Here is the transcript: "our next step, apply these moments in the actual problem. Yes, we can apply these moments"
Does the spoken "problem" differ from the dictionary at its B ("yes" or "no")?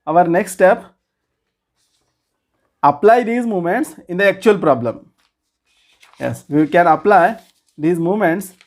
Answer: no